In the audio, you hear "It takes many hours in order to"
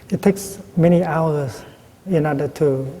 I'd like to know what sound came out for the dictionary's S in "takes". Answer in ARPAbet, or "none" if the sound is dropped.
S